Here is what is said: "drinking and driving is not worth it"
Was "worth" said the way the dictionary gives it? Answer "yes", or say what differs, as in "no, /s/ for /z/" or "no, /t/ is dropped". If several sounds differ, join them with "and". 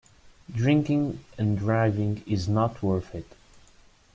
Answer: no, /f/ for /θ/